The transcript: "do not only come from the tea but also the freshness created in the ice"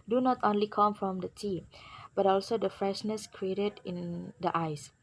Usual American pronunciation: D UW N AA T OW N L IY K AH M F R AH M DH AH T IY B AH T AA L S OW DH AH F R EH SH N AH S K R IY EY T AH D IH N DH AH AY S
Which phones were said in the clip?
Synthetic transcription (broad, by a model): D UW N AA T OW N L IY K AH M F R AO M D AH T IY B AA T AA L S OW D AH F R EH SH N AH S K R IY EY T AH D IH N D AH AY S